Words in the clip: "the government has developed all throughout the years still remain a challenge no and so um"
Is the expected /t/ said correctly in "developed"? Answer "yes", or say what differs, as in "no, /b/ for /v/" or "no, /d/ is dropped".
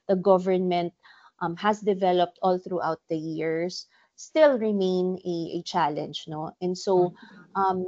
yes